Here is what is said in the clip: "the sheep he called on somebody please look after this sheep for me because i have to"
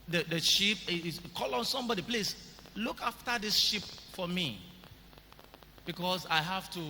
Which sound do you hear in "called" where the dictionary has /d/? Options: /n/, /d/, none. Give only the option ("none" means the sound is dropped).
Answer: none